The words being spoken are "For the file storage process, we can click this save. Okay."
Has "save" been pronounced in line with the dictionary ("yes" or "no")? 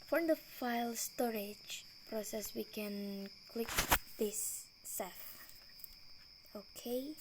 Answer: no